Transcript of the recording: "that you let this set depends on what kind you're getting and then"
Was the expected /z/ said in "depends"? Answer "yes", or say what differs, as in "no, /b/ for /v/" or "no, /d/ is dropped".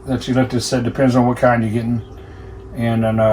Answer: yes